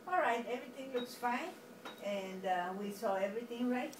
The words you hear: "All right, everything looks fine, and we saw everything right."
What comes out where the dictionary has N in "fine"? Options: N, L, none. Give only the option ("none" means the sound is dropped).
N